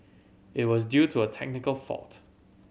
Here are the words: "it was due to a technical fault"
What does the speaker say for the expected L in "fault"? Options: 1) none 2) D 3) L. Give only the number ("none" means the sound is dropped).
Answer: 3